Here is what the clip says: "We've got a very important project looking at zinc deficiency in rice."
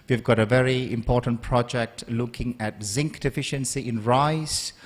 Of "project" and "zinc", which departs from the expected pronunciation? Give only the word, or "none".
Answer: none